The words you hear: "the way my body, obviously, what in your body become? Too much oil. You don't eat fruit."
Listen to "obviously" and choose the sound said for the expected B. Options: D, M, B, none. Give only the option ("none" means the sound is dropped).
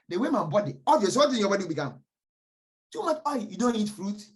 none